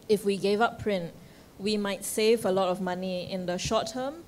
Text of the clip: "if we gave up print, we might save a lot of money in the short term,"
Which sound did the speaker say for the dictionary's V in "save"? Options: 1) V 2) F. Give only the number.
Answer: 1